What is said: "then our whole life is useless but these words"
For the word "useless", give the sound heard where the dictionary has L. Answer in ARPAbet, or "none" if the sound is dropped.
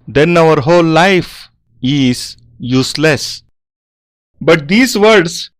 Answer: L